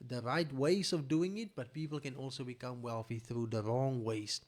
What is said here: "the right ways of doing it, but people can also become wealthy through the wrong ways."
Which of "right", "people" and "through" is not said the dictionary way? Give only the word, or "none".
none